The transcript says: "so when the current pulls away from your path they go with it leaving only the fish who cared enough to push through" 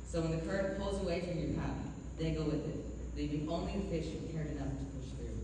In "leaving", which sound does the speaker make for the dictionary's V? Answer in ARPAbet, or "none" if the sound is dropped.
B